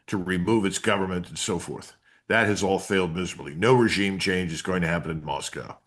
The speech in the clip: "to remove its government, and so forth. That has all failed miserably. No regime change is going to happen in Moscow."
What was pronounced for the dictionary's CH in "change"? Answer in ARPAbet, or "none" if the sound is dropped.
CH